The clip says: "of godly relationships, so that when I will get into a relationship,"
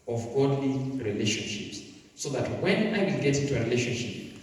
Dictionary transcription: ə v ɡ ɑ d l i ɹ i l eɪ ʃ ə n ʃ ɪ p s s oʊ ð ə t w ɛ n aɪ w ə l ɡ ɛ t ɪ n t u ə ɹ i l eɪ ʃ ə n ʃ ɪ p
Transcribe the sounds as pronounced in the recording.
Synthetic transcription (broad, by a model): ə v ɡ ɑ d l i ɹ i l eɪ ʃ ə n ʃ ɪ p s s oʊ ð ə t w ɛ n aɪ w ə l ɡ ɛ t ɪ n t u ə ɹ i l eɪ ʃ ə n ʃ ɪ p